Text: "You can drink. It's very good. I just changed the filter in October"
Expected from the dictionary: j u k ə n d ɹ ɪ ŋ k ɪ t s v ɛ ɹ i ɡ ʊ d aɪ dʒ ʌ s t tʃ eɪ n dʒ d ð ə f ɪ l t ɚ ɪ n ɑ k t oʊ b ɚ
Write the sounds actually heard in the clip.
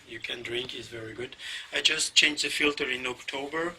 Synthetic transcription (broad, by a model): j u k ə n d ɹ ɪ ŋ k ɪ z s v ɛ ɹ i ɡ ʊ d aɪ dʒ ʌ s t tʃ eɪ n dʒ ð ə f ɪ l t ɚ ɪ n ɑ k t oʊ b ɚ